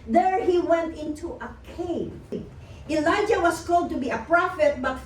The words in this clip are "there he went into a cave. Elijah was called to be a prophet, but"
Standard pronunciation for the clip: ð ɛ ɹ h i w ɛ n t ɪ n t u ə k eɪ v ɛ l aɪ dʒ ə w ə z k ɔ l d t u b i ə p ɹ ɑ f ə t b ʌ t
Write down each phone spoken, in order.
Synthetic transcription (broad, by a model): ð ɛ ɹ h i w ɛ n t ɪ n t u ə k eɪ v ɛ l aɪ dʒ ə w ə s k ɔ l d t u b i ə p ɹ ɑ f ə t b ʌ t